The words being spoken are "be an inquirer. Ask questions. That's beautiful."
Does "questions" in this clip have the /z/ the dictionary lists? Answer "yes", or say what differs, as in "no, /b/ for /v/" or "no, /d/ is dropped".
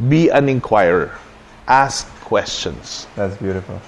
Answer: no, /s/ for /z/